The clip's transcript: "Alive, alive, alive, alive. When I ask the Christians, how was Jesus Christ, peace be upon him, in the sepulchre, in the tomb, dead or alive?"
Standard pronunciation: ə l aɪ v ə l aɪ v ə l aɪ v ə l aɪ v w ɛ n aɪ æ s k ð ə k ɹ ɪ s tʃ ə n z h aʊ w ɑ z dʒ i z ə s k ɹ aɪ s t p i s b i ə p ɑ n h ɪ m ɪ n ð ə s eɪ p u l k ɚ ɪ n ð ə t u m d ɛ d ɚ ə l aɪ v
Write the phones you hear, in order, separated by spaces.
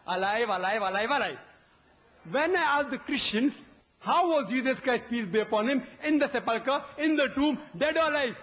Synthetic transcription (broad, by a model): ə l aɪ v ə l aɪ v ə l aɪ v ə l aɪ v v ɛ n aɪ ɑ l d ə k ɹ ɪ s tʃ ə n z h aʊ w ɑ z dʒ i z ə s k ɹ aɪ s t p i s b i ə p ɑ n h ɪ m ɪ n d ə s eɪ p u l k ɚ ɪ n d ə t u m d ɛ d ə l aɪ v